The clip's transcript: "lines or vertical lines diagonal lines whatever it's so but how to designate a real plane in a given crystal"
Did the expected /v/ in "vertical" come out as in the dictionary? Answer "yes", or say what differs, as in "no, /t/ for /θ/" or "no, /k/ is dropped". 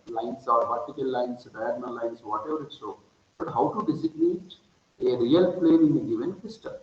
no, /p/ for /v/